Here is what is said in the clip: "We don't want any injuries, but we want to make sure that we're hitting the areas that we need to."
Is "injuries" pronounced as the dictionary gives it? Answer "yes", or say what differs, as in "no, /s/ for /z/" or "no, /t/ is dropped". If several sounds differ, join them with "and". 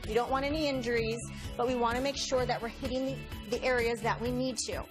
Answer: yes